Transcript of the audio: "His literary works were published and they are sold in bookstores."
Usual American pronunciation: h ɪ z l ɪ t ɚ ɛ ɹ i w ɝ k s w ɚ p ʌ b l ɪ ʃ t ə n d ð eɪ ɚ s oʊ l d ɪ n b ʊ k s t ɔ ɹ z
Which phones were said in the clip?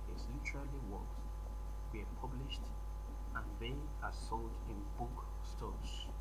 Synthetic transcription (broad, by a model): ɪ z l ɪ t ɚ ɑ l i w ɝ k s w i p ʌ b l ɪ ʃ t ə n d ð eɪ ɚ s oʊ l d ɪ n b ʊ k s t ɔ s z